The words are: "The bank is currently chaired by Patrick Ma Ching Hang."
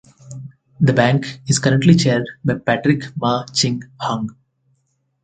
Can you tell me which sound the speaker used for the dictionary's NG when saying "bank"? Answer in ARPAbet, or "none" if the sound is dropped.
NG